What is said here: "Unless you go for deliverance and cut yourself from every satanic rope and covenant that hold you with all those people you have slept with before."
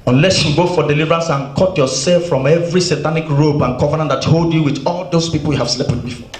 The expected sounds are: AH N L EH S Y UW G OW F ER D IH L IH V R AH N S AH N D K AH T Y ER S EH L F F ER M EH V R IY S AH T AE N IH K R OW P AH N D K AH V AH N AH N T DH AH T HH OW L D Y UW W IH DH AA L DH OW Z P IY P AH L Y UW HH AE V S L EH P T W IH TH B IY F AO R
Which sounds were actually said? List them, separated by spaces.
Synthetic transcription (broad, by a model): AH N L EH S Y UW G OW F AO D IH L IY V R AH N S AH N K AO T Y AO S EH L F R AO M EH V R IY S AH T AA N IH K R OW B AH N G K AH V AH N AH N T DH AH T HH OW L D Y UW W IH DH AA L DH OW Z P IY P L Y UW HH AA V S L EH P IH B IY F AO